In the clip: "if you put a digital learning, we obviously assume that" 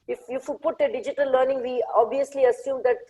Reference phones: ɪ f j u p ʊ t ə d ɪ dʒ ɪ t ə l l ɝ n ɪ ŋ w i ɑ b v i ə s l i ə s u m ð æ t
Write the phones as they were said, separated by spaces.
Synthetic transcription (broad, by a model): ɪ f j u p ʊ t ə d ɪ dʒ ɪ t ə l l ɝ n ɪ ŋ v i ɑ b v i ə s l i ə s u m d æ t